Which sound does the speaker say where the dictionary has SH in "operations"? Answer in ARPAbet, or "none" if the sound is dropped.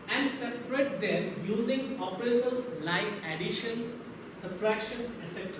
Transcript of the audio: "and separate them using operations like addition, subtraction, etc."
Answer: S